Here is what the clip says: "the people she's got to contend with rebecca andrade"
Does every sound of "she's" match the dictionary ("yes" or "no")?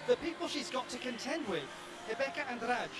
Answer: yes